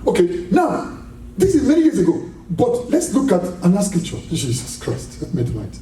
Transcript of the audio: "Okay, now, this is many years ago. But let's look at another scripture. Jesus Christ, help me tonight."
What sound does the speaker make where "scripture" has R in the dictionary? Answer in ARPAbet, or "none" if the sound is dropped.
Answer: none